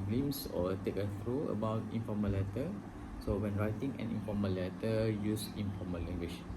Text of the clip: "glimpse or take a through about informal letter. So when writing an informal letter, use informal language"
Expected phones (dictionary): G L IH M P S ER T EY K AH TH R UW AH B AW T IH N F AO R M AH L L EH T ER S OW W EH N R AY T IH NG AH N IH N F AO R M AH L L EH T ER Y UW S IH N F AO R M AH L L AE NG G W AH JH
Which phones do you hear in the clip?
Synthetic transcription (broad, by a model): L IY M S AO T EY K AH F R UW AH B AW T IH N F AO M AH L L EH T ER S OW W EH N R AY T IH NG AH N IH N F AO M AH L L EH T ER Y UW S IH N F AO M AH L L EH NG G W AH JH